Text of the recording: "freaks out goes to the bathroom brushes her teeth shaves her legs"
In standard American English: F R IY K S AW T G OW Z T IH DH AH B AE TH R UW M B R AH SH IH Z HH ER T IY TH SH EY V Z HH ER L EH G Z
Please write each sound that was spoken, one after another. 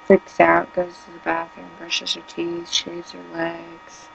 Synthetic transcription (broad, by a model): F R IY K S AW T G OW Z T IH DH AH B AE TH AH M B R AH SH IH Z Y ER T IY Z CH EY Z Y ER L EH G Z